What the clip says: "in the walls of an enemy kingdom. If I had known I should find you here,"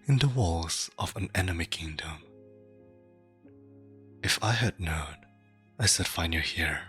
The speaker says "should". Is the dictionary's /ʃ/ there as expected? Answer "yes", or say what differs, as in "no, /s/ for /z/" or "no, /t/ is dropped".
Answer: no, /s/ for /ʃ/